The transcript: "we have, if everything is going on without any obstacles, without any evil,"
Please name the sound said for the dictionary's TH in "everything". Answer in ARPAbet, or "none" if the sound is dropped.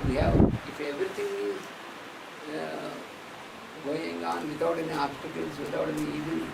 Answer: T